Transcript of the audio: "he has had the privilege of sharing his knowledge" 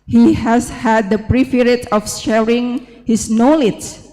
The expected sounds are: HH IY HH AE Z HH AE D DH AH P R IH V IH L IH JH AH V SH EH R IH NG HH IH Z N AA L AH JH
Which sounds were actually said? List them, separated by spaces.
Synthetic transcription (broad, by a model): HH IY HH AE S HH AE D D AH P R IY F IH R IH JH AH F SH EH R IH NG HH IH S N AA L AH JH